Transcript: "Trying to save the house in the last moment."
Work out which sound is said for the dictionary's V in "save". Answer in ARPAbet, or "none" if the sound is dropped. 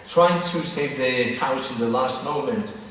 V